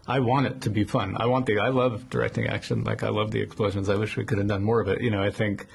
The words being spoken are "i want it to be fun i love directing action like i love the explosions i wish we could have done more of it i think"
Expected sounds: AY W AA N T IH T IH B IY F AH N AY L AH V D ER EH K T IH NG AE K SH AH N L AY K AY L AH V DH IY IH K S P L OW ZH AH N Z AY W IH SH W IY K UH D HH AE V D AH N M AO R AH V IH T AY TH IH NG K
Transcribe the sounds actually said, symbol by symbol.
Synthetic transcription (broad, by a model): AY W AA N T IH T IH B IY F AH N AY L AH V D ER EH K T IH NG AE K SH AH N L AY K AY L AH V DH IY IH K S P L OW ZH AH N Z AY W IH SH W IY K UH D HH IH V D AH N M AO R AH V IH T AY TH IH NG K